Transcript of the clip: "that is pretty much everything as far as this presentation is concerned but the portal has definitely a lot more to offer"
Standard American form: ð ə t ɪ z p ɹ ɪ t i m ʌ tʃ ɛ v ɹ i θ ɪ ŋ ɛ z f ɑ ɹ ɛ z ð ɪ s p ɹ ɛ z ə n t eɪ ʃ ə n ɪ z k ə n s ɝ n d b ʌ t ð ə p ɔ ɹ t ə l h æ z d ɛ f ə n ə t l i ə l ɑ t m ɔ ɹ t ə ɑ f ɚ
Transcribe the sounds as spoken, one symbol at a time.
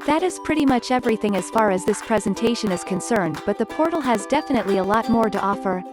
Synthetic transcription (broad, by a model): ð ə t ɪ z p ɹ ɪ t i m ʌ tʃ ɛ v ɹ i θ ɪ ŋ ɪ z f ɑ ɹ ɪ z ð ɪ s p ɹ ɛ z ə n t eɪ ʃ ə n ɪ z k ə n s ɝ n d b ʌ t ð ə p ɔ ɹ t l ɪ z d ɛ f ə n ə t l i ə l ɑ t m ɔ ɹ t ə ɑ f ɚ